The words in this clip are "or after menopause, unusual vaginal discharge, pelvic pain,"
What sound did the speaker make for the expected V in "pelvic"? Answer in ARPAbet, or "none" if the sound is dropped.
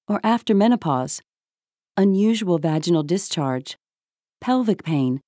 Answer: V